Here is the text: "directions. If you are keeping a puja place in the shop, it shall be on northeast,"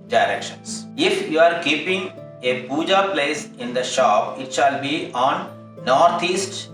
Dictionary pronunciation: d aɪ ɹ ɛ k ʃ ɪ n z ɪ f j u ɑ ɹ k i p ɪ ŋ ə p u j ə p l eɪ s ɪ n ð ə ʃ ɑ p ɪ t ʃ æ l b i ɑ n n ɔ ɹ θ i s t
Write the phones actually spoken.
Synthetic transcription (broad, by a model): d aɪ ɹ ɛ k ʃ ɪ n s ɪ f j u ɑ ɹ k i p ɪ ŋ ə b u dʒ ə p l eɪ s ɪ n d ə ʃ ɑ p ɪ t ʃ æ l b i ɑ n n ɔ ɹ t i s t